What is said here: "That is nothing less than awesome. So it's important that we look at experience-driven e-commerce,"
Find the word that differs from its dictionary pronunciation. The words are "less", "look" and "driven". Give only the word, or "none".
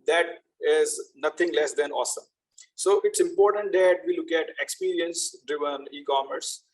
none